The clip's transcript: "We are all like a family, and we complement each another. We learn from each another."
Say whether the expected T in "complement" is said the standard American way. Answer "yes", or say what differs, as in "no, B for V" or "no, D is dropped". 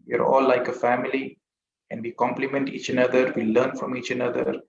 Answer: yes